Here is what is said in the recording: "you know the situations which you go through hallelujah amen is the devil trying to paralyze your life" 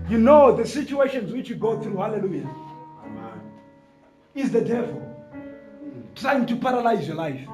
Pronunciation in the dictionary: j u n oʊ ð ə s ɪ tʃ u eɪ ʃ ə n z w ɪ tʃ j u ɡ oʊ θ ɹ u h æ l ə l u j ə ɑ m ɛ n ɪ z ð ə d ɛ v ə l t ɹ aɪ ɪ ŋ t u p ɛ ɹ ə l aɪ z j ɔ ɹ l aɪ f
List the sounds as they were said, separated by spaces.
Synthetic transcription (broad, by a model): j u n oʊ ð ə s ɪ tʃ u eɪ ʃ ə n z w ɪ tʃ j u ɡ oʊ θ ɹ u h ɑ l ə l u j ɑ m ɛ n ɪ z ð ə d ɛ v ə l t ɹ aɪ ɪ ŋ t u p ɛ ɹ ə l aɪ z j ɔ l aɪ f